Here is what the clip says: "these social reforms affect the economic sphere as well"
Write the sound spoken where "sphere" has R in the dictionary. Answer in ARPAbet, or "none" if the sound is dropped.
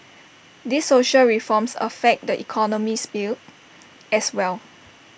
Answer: L